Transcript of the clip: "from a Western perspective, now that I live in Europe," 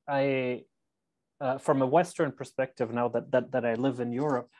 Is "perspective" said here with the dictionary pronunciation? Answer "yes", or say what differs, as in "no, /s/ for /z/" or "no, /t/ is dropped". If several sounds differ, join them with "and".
yes